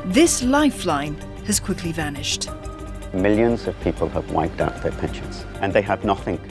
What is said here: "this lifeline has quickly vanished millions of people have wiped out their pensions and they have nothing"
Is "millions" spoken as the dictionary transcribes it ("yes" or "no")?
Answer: yes